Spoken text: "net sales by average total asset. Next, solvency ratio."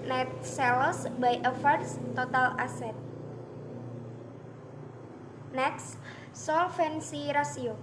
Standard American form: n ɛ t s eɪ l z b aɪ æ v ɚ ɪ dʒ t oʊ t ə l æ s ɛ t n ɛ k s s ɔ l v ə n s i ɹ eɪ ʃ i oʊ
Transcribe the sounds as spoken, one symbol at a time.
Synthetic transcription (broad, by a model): n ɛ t s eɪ l s b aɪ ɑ f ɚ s t oʊ t ə l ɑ s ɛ t n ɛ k s s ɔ l f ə n s i ɹ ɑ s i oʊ